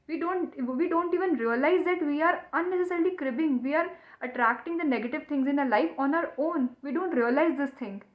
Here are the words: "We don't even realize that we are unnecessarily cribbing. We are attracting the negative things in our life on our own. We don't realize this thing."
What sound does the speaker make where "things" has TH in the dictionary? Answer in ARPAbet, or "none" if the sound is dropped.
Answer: T